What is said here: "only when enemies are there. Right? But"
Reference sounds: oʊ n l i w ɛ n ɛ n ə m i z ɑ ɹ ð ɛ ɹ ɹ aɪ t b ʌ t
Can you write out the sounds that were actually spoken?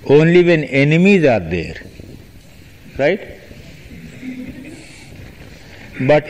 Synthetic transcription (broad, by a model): oʊ n l i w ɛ n ɛ n ə m i z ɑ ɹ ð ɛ ɹ ɹ aɪ t b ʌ t